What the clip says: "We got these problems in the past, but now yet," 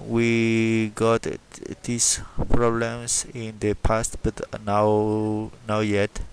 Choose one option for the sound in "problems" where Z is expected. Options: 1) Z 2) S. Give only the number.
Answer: 2